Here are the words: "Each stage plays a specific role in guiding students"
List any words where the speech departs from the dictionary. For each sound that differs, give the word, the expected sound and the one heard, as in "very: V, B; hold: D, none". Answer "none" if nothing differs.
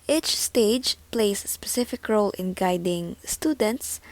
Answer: plays: Z, none